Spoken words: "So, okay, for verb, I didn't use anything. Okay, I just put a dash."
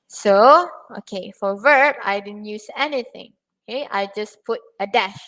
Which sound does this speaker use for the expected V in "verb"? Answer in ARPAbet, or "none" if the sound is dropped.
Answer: V